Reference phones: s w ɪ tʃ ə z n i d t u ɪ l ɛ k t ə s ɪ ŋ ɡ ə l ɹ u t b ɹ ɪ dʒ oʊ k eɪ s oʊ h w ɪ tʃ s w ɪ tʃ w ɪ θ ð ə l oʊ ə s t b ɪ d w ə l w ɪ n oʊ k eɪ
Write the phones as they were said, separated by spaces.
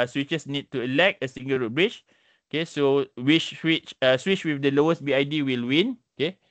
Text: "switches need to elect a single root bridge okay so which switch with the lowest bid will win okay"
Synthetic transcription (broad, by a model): s w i tʃ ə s n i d t u ɪ l ɛ k t ə s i ŋ ɡ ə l ɹ u t b ɹ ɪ tʃ oʊ k eɪ s oʊ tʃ w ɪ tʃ s w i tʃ w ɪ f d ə l oʊ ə s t b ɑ d w ə l w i n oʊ k eɪ